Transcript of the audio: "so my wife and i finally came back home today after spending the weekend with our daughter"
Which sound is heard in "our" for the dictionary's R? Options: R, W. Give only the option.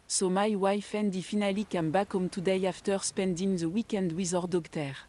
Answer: R